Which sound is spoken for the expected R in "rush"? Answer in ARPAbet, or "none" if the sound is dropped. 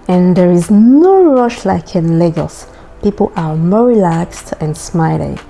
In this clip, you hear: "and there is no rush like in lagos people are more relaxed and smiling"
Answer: R